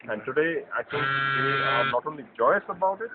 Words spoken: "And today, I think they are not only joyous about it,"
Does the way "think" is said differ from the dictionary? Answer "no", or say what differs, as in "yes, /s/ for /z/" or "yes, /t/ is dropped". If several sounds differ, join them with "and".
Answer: yes, /s/ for /θ/